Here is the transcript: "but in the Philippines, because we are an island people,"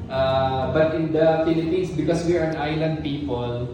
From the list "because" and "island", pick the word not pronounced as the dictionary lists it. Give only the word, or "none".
because